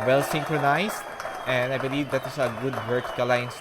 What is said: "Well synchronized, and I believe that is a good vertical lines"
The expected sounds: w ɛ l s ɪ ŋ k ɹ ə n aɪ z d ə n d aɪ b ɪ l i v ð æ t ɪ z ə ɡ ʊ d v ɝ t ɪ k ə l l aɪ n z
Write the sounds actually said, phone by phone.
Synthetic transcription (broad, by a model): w ɛ l s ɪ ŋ k ɹ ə n aɪ s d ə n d aɪ b ɪ l i v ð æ t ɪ s ə ɡ ʊ d w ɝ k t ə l l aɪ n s